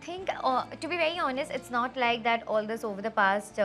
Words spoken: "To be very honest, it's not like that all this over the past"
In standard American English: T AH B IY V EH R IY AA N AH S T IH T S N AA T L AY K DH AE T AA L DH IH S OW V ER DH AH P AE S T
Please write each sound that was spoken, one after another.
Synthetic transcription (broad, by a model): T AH B IY V EH R IY AA N AH S T IH T S N AA T L AY K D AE T AA L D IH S OW V ER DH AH P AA S T